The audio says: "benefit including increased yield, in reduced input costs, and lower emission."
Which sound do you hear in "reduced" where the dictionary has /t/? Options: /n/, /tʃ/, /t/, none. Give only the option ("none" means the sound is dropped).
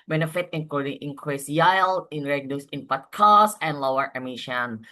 none